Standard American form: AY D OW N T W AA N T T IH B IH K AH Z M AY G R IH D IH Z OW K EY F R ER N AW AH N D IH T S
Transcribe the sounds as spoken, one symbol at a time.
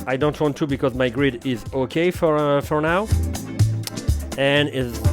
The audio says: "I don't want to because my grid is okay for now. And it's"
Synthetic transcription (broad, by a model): AY D OW N T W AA N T T IH B IH K AH Z M AY G R IH D IH Z OW K EY F R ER N AW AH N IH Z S